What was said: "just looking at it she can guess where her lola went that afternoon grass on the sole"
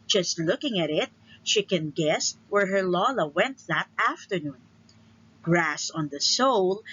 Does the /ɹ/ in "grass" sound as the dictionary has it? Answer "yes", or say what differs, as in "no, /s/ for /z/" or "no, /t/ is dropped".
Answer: yes